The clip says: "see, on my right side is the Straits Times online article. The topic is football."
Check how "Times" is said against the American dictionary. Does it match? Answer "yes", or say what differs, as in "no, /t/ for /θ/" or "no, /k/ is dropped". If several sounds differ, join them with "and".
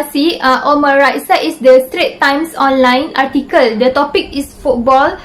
no, /s/ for /z/